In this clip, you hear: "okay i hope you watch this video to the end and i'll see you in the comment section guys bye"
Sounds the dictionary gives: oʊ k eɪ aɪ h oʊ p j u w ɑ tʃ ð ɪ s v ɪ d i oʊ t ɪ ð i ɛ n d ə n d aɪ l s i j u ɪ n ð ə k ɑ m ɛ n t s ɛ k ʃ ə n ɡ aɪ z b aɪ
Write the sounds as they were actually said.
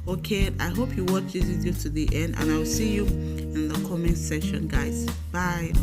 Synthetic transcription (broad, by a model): oʊ k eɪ aɪ h oʊ p j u w ɑ tʃ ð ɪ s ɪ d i t ɪ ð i ɛ n d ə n aɪ l s i j u ɪ n ð ə k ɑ m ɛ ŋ s ɛ ʃ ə n ɡ aɪ z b aɪ